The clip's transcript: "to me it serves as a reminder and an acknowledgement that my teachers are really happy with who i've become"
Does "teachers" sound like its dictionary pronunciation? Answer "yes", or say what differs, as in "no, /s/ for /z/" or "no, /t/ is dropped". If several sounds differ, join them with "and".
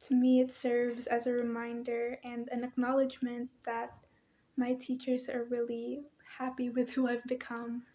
yes